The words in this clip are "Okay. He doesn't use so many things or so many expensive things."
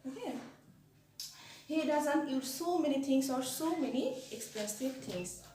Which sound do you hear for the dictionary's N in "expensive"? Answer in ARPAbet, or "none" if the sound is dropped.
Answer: none